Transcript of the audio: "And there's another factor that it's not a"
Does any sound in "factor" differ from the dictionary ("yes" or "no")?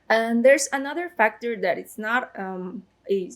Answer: no